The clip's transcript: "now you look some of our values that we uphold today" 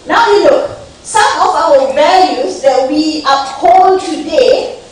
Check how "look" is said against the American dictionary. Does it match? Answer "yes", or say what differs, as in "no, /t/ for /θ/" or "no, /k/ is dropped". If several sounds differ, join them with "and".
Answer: no, /n/ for /l/